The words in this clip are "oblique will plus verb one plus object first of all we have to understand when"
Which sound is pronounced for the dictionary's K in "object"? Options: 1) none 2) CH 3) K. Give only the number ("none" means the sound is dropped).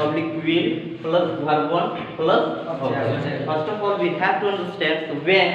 1